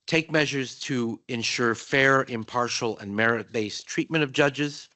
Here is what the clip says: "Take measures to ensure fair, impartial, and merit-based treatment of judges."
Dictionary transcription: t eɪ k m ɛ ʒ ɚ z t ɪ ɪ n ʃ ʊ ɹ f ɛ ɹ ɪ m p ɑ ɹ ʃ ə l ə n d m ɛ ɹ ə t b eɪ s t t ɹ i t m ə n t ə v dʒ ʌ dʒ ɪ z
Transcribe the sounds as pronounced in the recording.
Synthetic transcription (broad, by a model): t eɪ k m ɛ ʒ ɚ z t ɪ ɪ n ʃ ʊ ɹ f ɛ ɹ ɪ m p ɑ ɹ ʃ l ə n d m ɛ ɹ ə t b eɪ s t t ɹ i t m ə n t ə v dʒ ʌ dʒ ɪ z